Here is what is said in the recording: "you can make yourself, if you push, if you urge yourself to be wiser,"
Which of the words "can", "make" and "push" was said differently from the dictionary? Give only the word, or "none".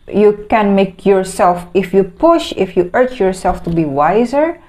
none